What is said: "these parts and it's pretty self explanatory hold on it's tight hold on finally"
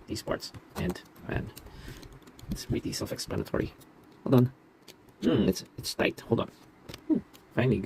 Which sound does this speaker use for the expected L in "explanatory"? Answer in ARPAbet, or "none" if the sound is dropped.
L